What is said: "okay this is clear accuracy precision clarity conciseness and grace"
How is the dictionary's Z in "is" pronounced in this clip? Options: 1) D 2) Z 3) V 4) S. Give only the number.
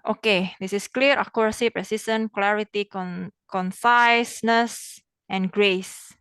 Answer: 4